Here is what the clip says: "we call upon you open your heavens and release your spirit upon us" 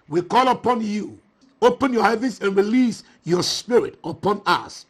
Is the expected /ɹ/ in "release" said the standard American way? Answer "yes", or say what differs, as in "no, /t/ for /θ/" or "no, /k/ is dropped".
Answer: yes